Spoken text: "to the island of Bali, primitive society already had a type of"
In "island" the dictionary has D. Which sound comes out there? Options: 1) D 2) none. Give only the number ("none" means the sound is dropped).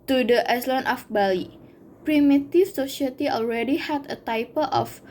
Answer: 2